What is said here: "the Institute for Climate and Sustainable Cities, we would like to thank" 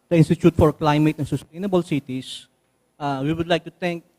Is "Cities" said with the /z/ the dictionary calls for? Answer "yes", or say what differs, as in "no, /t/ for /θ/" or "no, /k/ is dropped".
no, /s/ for /z/